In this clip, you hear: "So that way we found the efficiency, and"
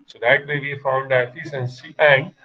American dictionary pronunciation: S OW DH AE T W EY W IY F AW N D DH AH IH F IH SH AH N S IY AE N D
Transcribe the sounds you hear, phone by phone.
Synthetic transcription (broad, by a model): S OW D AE T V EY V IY F AW N D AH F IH S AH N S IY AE N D